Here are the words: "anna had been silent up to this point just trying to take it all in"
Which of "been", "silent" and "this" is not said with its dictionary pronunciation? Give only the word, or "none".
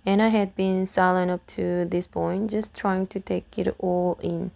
silent